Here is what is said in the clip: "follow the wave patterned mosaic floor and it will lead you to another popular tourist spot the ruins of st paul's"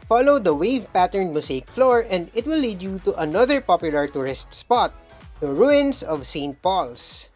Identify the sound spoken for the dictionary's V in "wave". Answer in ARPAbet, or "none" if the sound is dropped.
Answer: V